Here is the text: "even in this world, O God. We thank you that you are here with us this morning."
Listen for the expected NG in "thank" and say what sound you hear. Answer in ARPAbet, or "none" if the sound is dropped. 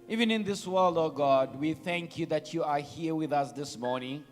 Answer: NG